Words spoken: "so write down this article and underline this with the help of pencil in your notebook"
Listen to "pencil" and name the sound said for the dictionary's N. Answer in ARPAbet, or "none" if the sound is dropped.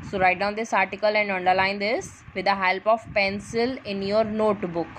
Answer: N